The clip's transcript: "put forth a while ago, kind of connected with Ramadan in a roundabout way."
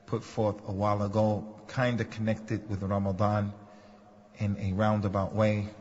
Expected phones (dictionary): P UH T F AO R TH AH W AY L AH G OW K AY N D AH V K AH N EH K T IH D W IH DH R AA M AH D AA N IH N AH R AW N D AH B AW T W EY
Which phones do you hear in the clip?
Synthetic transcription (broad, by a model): P UH T F AO R TH AH W AY L AH G OW K AY N D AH K AH N EH K T IH D W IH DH R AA M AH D AA N IH N AH R AW N D AH B AW T W EY